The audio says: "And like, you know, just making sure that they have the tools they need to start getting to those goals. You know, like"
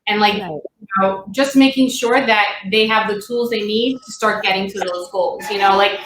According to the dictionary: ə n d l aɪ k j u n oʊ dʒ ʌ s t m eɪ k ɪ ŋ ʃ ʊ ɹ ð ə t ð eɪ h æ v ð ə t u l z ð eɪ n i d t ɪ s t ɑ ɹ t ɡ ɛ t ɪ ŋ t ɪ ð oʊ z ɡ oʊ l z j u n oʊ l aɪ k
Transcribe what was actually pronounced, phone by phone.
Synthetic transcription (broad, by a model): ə n l aɪ k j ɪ n oʊ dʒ ʌ s t m eɪ k ɪ ŋ ʃ ʊ ɹ ð ə t ð eɪ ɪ v ð ə t u l z ð eɪ n i d t ɪ s t ɑ ɹ t ɡ ɛ t ɪ ŋ t ɪ ð oʊ z ɡ oʊ l z j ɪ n oʊ l aɪ k